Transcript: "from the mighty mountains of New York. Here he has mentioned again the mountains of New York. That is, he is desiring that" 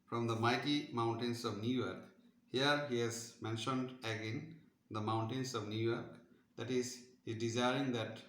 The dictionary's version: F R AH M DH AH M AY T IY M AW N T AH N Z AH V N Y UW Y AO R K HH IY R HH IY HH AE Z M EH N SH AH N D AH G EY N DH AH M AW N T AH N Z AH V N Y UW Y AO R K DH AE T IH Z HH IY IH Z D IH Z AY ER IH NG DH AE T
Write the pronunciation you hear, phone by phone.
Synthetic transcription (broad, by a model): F R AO M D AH M AY T IY M AW N T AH N S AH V N Y UW Y AO R K HH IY R HH IY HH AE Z M EH N SH AH N D AH G EY N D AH M AW N T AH N S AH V N Y UW Y AO R K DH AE T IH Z HH IY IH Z D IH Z AY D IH NG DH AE T